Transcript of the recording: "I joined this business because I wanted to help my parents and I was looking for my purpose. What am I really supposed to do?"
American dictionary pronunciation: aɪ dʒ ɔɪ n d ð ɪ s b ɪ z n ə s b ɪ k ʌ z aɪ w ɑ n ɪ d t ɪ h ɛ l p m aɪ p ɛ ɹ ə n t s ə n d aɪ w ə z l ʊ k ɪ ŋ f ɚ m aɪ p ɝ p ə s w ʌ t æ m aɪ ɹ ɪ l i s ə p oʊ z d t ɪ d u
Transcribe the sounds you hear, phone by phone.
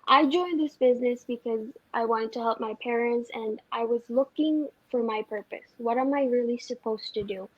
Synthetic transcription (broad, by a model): aɪ dʒ ɔɪ n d ð ɪ s b ɪ z n ə s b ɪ k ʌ z aɪ w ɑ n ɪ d t ɪ h ɛ l p m aɪ p ɛ ɹ ə n t s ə n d aɪ w ə z l ʊ k ɪ ŋ f ɚ m aɪ p ɝ p ə s w ʌ t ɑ m aɪ ɹ ɪ l i s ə p oʊ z t ɪ d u